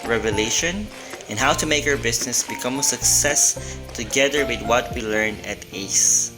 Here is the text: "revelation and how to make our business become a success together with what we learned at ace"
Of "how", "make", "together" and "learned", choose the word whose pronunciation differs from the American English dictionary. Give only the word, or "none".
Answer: learned